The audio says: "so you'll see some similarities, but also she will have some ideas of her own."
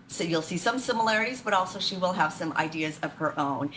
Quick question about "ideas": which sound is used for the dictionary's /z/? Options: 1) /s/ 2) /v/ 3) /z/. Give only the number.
3